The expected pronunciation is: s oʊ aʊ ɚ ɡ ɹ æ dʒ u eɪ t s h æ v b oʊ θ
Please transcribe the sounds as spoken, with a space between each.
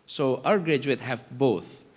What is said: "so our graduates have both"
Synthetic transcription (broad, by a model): s oʊ aʊ ɚ ɡ ɹ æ dʒ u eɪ t h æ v b oʊ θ